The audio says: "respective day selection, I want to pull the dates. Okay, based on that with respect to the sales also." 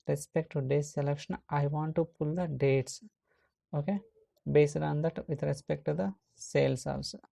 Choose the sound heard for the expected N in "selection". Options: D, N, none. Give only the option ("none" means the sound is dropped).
N